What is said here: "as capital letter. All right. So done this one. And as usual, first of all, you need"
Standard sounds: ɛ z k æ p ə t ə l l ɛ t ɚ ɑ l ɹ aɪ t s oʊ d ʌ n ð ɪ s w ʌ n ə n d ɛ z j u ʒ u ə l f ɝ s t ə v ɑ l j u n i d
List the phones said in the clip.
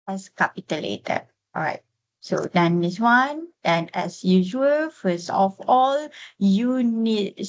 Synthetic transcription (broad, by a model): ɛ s k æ p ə t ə l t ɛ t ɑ ɹ aɪ t s oʊ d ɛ n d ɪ s w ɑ n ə n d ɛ s j u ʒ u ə l f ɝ s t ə f ɑ l j u n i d